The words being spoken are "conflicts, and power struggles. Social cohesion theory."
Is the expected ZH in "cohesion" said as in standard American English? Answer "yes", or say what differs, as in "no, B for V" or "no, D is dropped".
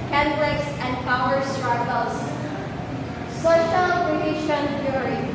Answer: no, SH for ZH